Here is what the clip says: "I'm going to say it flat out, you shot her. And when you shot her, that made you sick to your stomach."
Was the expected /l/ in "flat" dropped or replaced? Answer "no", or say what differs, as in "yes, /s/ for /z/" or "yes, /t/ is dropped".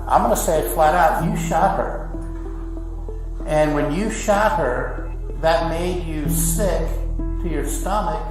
no